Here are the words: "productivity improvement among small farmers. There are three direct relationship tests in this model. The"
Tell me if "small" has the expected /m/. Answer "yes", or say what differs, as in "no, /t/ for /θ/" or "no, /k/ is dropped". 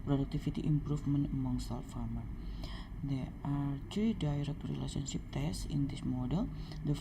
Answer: no, /m/ is dropped